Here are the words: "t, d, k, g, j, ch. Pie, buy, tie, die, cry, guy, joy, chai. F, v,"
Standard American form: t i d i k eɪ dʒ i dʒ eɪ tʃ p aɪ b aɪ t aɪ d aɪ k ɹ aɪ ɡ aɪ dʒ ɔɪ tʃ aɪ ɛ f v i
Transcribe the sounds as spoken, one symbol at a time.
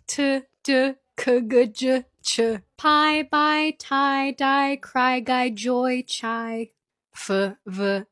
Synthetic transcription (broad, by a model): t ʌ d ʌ k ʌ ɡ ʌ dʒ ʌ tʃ p aɪ b aɪ t aɪ d aɪ k ɹ aɪ ɡ aɪ dʒ ɔɪ tʃ aɪ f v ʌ